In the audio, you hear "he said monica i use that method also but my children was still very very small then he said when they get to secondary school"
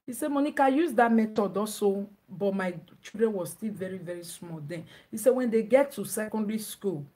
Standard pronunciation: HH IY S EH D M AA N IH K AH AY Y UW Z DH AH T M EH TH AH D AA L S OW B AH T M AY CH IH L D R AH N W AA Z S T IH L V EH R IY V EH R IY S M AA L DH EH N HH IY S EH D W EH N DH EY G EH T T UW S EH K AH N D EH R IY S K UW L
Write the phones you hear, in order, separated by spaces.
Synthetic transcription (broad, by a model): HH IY S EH M AA N IH K AH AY Y UW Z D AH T M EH T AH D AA S OW B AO T M AY CH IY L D R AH N W AA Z S T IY L V EH R IY V EH R IY S M AA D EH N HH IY S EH W EH N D EY G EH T T UW S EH K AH N D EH R IY S K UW L